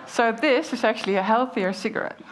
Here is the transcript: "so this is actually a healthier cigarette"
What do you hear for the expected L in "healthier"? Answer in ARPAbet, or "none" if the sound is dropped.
L